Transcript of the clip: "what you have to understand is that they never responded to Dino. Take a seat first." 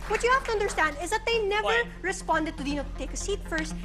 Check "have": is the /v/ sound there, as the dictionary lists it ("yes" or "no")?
no